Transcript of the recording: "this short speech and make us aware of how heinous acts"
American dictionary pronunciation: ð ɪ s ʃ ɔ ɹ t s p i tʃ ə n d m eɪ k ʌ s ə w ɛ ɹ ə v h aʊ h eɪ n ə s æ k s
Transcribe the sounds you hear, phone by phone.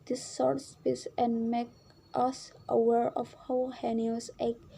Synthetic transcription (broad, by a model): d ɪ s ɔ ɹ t s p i s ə n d m eɪ k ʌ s ə w ɛ ɹ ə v h aʊ h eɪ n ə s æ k